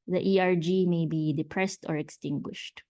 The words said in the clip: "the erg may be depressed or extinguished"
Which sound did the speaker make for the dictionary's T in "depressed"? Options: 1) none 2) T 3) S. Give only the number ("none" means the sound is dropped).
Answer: 2